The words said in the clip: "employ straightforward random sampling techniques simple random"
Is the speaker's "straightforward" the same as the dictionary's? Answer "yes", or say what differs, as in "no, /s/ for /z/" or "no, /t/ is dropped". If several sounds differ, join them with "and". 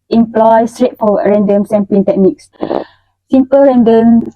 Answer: no, /p/ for /f/